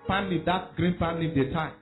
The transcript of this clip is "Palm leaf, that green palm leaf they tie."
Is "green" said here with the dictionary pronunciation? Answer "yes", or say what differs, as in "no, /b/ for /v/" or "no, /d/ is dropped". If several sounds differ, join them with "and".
yes